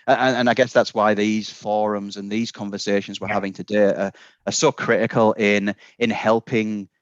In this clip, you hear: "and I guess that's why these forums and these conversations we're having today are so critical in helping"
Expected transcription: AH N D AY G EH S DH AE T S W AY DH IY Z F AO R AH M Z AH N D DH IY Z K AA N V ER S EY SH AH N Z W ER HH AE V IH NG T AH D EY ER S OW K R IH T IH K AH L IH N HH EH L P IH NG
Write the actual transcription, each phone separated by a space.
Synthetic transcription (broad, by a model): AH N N AY G EH S DH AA T S W AY DH IY Z F AO R AH M Z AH N DH IY Z K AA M V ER S EY SH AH N Z W ER HH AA V IH NG T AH D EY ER S OW K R IH T IH K AH L IH N HH EH L P IH NG